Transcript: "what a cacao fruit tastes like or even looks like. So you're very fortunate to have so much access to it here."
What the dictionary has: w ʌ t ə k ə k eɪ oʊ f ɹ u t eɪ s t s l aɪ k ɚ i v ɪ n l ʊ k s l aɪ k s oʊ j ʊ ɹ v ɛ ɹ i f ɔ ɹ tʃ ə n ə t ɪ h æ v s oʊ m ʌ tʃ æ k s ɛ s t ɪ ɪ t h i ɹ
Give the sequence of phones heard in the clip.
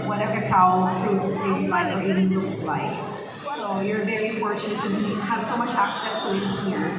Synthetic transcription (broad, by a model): w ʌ t ə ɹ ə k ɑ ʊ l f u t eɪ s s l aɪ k ɚ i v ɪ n n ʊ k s l aɪ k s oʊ j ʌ ɹ v ɛ ɹ i f ɔ ɹ tʃ ə n ə t ɪ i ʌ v s oʊ m ʌ tʃ æ k s ɛ s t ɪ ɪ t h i ɹ